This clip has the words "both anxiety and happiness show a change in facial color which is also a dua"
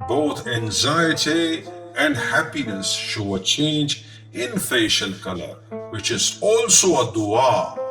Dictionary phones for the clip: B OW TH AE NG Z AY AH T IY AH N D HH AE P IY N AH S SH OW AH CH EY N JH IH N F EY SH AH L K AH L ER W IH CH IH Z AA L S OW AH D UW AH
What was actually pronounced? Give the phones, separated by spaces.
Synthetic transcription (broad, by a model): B OW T AE NG Z AY AH T IY AH N D HH AE P IY N AH S SH OW AH CH EY N JH IH N F EY SH AH L K AH L ER W IH CH IH Z AA L S OW AH D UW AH